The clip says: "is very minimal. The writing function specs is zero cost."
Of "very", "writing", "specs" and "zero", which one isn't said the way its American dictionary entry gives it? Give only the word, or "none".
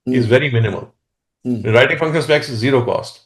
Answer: specs